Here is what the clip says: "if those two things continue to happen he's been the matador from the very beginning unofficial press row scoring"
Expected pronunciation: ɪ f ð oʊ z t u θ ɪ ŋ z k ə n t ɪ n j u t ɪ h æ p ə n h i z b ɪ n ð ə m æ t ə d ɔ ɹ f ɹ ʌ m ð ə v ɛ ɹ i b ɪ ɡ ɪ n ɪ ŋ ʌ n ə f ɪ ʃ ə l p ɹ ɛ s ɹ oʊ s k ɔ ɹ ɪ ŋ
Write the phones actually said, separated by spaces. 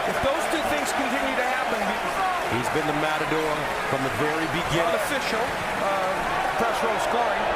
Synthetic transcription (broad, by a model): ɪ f ð oʊ z t u θ ɪ ŋ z k ə n t ɪ n j u t ɪ h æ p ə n h i z b ɪ n ð ə m æ t ə d ɔ ɹ f ɹ ʌ m ð ə v ɛ ɹ i b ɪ ɡ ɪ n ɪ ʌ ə f ɪ ʃ l p ɹ ɛ s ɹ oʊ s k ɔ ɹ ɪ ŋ